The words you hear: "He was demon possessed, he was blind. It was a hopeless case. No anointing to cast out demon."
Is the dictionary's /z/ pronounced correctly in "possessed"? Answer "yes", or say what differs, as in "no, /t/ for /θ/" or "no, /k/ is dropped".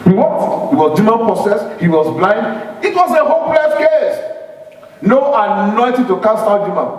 no, /s/ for /z/